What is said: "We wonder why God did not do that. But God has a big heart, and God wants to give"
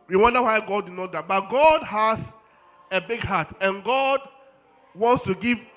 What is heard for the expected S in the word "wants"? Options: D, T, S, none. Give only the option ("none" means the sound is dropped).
S